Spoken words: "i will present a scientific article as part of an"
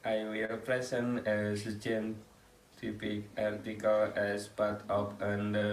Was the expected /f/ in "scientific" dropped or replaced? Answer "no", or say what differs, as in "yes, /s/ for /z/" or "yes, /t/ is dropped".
yes, /p/ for /f/